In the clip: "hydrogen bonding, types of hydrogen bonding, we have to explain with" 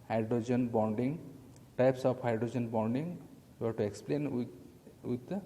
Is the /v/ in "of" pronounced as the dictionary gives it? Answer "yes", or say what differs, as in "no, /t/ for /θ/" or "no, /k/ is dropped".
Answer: no, /p/ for /v/